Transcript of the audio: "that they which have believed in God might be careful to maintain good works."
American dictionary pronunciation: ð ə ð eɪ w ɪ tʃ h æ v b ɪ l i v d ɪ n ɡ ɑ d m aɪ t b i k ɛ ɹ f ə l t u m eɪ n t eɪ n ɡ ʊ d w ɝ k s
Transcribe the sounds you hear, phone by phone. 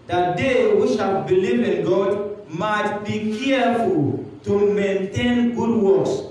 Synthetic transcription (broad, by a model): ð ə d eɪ w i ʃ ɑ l b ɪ l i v ɪ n ɡ ɑ d m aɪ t b i k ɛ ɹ f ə l t u m eɪ n t eɪ n ɡ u d w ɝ k s